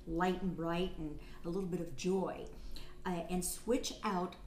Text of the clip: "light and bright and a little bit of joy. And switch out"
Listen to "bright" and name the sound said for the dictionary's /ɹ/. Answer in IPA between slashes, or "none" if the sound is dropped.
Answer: /ɹ/